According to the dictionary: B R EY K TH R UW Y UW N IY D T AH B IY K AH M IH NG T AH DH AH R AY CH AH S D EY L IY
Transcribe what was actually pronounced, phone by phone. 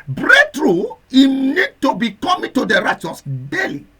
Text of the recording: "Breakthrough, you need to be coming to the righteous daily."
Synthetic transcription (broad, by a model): B R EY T R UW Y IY N IY D T AH B IY K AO M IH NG T AH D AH R AY CH AH S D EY L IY